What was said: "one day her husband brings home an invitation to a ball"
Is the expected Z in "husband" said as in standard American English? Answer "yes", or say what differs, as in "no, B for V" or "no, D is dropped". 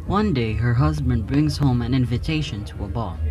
yes